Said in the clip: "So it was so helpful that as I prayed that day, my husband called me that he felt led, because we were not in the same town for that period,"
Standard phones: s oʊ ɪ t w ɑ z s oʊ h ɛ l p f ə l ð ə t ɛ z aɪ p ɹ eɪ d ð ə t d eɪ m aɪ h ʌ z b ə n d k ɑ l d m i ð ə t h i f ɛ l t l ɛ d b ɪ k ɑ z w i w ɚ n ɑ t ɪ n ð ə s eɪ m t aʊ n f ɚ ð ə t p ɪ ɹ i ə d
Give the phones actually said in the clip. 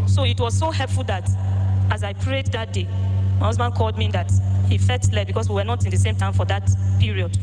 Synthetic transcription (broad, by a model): s oʊ ɪ t w ɑ z s oʊ h ɛ l p f ə l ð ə t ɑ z aɪ p ɹ eɪ d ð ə t d eɪ m aɪ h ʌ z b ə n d k ɑ l d m i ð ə t h i f ɛ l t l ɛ b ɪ k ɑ s w i w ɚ n ɑ t ɪ n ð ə s eɪ m t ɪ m f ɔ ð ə t p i ɹ i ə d